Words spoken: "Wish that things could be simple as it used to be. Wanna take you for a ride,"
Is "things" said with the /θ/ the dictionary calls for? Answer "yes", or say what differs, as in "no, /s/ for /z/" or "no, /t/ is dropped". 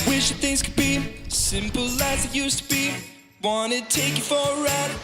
yes